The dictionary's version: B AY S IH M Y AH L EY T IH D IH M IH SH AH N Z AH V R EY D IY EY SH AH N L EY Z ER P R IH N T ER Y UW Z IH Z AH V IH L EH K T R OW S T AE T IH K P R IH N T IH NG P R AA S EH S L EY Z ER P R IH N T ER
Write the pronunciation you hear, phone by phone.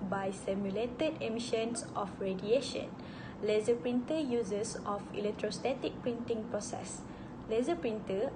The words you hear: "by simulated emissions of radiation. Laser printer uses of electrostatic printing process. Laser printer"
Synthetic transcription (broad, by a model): B AY S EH M Y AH L EY T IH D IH M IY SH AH N S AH F R EY D IY EY SH AH N L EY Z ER P R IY N T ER Y UW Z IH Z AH F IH L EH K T R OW S T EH T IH K P R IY N T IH NG P R AA S EH S L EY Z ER P R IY N T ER